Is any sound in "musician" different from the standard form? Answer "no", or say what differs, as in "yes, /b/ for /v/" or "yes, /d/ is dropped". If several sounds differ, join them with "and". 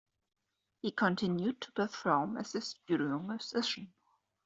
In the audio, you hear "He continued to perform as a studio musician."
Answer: yes, /s/ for /z/